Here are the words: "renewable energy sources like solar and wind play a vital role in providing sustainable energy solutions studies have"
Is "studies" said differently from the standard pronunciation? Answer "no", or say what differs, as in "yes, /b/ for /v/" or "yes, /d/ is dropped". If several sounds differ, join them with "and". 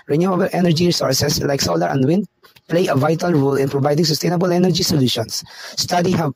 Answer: yes, /z/ is dropped